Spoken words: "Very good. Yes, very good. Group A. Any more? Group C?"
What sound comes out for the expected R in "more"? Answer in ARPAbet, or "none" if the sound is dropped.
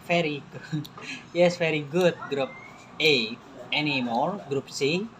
L